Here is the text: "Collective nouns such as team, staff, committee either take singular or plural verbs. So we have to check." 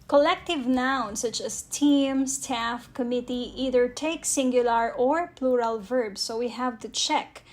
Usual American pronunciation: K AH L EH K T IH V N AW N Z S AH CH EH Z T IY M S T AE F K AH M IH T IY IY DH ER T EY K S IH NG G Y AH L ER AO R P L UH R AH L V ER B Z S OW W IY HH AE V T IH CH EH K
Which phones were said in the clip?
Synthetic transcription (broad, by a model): K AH L EH K T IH V N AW N S AH CH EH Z T IY M S T AE F K AH M IH T IY IY DH ER T EY K S IH NG G Y AH L ER AO R P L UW R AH L V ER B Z S OW W IY HH AE V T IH CH EH K